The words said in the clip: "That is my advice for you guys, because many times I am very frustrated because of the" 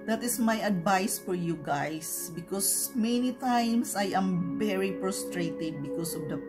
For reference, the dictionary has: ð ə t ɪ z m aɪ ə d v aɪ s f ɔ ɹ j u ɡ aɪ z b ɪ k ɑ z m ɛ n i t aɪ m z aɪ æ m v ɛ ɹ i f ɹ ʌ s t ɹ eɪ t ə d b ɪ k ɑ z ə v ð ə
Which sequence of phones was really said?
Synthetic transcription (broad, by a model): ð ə t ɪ s m aɪ ə d v aɪ s f ɔ ɹ j u ɡ aɪ s b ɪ k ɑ s m ɛ n i t aɪ m s aɪ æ m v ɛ ɹ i p ɹ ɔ s t ɹ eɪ t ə d b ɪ k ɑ s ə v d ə